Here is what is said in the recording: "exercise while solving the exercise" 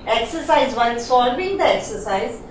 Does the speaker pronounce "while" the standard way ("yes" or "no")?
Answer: no